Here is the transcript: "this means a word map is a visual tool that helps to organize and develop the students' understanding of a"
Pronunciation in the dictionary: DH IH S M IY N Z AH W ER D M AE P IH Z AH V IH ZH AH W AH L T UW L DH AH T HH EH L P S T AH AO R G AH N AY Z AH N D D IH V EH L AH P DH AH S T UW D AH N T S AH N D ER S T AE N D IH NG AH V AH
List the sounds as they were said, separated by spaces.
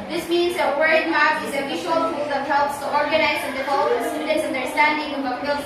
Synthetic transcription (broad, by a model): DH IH S M IY N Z AH W ER D M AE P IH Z AH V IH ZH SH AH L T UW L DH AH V HH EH L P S T AH AO R G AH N AY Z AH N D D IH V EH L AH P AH S T UW D AH N T S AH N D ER S T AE N D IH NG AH B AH